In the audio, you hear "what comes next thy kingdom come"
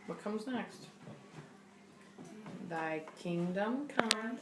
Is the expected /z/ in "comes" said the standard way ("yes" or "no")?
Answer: yes